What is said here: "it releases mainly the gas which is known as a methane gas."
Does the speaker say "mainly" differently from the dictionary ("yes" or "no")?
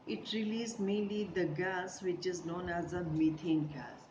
no